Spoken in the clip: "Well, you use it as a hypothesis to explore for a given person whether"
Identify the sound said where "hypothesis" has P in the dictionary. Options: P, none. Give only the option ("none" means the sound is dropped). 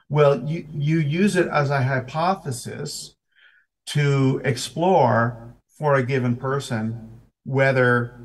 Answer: P